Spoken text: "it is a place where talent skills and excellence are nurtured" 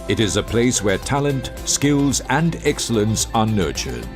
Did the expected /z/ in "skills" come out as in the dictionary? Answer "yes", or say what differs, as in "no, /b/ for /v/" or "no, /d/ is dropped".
yes